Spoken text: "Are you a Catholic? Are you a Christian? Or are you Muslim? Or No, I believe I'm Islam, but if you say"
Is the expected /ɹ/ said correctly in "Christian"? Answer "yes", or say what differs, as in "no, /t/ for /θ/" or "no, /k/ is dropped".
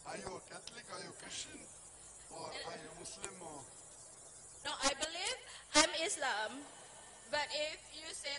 no, /ɹ/ is dropped